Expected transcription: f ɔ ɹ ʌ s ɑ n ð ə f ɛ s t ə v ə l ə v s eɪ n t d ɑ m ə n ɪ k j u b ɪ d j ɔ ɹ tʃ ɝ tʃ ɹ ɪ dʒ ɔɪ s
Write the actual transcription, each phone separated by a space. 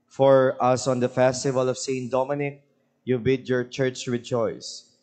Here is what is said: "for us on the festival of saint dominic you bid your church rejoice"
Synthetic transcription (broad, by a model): f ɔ ɹ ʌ s ɑ n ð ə f ɛ s t ə v ə l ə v s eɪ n d ɑ m ə n ɪ k j u b ɪ d j ɔ ɹ tʃ ɝ tʃ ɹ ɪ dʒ ɔɪ s